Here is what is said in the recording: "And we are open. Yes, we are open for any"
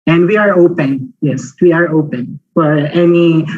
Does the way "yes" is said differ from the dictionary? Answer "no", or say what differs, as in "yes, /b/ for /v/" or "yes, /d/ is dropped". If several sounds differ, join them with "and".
no